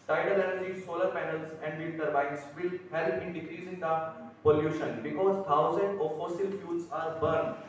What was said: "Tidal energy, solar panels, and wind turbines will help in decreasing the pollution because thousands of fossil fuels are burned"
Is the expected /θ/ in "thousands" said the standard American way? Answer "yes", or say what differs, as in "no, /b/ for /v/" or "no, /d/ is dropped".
no, /t/ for /θ/